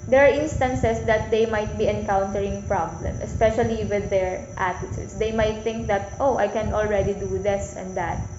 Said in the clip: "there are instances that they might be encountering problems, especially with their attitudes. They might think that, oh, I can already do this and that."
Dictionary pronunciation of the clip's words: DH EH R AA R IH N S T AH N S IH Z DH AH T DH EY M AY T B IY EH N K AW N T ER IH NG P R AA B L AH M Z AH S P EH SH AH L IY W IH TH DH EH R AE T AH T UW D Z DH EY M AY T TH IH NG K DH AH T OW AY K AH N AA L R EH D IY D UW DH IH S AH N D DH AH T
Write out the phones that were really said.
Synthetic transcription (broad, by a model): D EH R AA R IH N S T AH N S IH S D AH T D EY M AY T B IY EH N K AW N T ER IH NG P R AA B L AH M AH S P EH SH AH L IY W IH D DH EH R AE T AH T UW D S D EY M AY T TH IH NG K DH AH T OW AY K AH N AA L R EH D IY D UW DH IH S AH N D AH T